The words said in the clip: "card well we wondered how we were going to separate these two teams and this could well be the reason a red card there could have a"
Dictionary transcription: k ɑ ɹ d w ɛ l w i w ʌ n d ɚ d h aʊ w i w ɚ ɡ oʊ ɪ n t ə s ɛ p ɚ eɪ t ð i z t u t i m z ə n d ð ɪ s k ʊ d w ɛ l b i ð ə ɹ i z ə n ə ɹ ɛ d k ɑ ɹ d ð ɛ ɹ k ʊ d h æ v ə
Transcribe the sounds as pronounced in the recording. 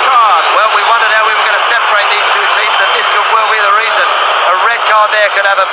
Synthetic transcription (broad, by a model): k ɑ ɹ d w ɛ l w i w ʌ n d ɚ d h aʊ w i w ɚ ɡ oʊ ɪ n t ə s ɛ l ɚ eɪ t ð i z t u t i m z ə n ð ɪ s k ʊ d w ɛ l b i ð ə ɹ i z ə n ə ɹ ɛ d k ɑ ɹ d ð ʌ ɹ k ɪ d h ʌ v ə